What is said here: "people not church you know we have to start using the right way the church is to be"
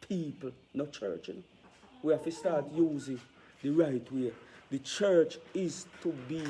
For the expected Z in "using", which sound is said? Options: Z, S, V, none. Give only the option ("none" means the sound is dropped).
Z